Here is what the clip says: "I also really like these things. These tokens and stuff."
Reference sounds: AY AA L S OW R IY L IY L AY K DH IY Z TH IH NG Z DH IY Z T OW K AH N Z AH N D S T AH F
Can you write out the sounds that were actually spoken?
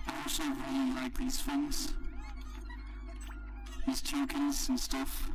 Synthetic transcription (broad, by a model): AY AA S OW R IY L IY L AY K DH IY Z F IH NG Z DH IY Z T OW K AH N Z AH N S T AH F